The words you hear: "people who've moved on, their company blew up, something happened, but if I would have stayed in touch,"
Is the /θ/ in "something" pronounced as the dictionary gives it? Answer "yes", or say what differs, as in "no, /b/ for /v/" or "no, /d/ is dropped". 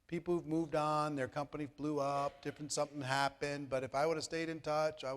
yes